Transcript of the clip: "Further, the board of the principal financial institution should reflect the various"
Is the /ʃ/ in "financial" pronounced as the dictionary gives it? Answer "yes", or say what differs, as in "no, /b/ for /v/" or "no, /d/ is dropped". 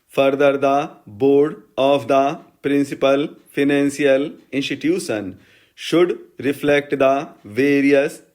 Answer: no, /s/ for /ʃ/